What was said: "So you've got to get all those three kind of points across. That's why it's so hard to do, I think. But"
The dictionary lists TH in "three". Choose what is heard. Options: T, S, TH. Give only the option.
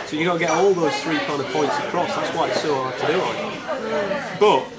TH